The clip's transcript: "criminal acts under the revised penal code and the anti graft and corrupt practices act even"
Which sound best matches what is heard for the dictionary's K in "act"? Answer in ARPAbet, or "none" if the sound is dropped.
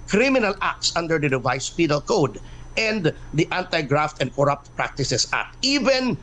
none